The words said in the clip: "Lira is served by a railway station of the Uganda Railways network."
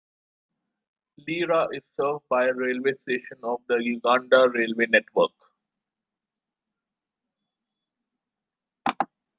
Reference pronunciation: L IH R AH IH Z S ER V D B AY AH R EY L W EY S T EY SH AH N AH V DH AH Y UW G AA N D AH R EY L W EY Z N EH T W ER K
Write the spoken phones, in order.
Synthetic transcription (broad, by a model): L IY R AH IH Z S ER V D B AY AH R EY L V EY S T EY SH AH N AH V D AH Y UW G AA N D AH R EY L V EY N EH T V ER K